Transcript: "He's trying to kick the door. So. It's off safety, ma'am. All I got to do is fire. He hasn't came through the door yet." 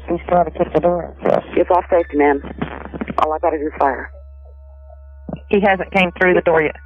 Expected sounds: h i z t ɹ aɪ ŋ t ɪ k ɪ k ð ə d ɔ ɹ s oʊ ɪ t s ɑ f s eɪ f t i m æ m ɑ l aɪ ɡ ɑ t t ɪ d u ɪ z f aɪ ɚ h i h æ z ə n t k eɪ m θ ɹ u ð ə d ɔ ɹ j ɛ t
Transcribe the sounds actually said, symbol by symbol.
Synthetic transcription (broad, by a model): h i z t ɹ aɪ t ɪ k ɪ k ð ə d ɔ ɹ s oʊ ɪ t s ɑ f s eɪ f t i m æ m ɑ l aɪ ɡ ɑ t t ɪ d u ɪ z f aɪ ɚ h i h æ z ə n k eɪ m θ ɹ u ð ə d ɔ ɹ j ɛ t